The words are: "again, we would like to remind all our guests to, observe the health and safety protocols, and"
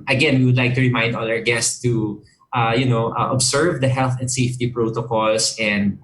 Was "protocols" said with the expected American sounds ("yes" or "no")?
no